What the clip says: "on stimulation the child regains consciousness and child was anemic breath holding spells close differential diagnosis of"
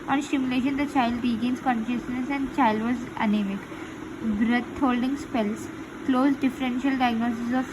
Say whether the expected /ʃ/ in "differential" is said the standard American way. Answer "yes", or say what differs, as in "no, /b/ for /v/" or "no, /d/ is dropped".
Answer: yes